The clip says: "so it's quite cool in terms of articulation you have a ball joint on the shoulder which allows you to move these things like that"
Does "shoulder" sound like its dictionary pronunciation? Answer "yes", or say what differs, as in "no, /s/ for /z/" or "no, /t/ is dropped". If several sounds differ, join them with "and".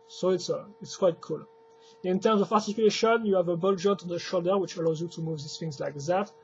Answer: yes